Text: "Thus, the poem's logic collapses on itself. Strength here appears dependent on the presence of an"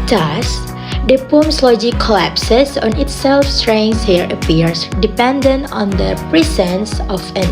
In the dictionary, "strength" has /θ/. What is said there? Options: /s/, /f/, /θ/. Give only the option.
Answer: /s/